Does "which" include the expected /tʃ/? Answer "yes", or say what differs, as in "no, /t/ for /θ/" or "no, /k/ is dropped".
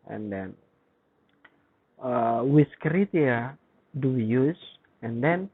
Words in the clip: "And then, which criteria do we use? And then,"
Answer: no, /s/ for /tʃ/